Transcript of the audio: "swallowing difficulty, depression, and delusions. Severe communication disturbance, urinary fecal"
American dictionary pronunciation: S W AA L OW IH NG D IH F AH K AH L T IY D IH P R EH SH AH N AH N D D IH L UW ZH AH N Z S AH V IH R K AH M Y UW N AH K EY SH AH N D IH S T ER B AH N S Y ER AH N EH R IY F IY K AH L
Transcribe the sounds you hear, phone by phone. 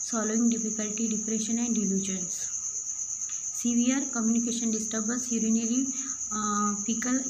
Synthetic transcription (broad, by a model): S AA L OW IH NG D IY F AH K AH L T IY D IH P R EH SH AH N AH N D D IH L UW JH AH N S S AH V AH R K AH M Y UW N AH K EY SH AH N D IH S T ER B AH S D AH N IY L IY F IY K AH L